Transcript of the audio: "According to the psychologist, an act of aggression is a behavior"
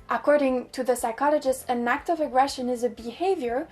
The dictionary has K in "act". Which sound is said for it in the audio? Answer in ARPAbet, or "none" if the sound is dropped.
K